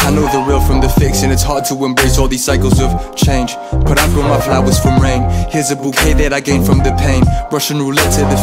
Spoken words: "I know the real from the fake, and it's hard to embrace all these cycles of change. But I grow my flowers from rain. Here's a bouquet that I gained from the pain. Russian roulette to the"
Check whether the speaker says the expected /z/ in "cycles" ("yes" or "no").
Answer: yes